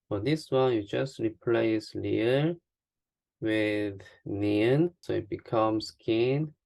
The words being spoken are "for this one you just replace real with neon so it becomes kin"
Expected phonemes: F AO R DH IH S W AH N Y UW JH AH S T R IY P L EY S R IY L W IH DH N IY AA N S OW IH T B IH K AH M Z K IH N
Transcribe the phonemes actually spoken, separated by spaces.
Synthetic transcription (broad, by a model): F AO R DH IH S W AH N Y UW JH AH S T R IY P L EY S L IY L W IH DH N IY AA N S OW IH T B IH K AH M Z K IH N